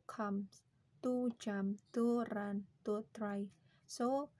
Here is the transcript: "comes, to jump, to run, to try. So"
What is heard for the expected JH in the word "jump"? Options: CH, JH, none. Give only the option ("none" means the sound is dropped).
CH